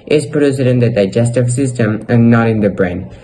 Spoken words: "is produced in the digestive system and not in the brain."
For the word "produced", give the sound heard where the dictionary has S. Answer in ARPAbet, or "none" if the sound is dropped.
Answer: none